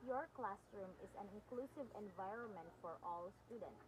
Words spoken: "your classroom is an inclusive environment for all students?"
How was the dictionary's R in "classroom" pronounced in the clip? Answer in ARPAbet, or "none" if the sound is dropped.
R